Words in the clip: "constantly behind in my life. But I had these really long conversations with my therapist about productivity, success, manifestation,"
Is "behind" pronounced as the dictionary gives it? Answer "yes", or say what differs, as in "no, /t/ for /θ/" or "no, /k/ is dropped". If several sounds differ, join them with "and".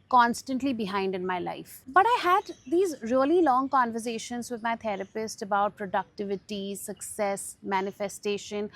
yes